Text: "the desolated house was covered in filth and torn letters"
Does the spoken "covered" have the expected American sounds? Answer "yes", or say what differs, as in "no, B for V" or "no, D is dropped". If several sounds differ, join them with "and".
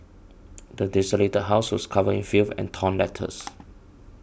no, D is dropped